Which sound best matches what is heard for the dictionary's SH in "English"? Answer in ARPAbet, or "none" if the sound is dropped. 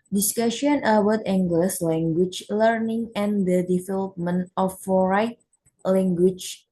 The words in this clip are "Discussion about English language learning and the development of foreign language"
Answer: S